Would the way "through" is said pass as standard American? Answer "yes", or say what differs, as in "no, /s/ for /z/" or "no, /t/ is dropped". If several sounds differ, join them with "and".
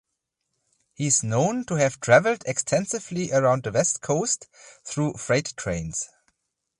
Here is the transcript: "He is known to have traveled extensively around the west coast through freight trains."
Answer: yes